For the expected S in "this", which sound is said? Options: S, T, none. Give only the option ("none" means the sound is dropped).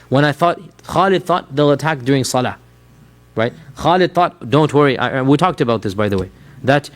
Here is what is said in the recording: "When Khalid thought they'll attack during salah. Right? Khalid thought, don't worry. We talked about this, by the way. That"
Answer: S